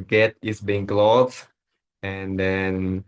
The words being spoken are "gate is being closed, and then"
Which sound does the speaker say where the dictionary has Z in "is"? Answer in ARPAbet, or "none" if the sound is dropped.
S